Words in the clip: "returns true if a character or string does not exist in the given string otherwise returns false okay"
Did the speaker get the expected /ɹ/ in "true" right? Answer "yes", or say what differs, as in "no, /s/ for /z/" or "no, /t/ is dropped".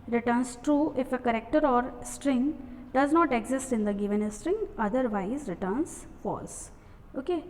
yes